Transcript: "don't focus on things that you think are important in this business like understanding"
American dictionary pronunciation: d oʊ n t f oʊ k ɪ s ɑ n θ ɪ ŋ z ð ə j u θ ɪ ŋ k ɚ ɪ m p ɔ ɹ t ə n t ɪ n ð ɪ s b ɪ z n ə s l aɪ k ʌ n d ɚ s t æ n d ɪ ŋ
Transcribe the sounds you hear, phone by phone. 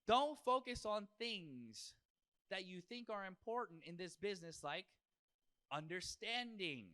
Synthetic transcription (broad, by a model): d oʊ n t f oʊ k ɪ s n θ ɪ ŋ z ð ə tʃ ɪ θ ɪ ŋ k ɚ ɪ m p ɔ ɹ t n t ɪ n ð ɪ s b ɪ z n ə s l aɪ k ʌ n d ɚ s t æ n d ɪ ŋ